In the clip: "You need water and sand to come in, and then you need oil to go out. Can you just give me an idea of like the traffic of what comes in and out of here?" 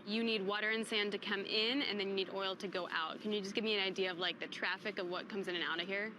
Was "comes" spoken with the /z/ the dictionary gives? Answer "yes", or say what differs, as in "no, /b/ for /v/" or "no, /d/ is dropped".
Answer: yes